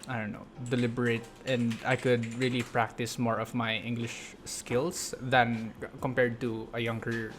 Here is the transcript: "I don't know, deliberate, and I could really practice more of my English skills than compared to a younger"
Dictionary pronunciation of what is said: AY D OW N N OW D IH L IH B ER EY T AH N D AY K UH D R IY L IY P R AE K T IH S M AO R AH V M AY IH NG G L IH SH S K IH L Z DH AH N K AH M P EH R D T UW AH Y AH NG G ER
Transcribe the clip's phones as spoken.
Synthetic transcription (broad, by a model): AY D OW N N OW D IH L IH B ER EY T AH N D AY K UH D R IY L IY P R AE K T IH S M AO R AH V M AY IH NG G L IH SH S K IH L S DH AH N K AH M P EH R D T UW AH Y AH NG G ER